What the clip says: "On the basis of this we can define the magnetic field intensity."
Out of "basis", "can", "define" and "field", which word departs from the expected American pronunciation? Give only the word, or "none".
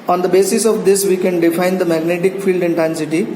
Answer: none